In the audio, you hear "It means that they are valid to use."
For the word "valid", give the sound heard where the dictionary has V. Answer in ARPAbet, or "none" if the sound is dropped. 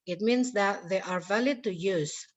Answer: V